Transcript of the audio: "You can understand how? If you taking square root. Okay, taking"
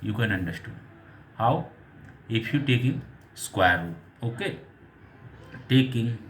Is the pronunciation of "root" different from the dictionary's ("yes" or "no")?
yes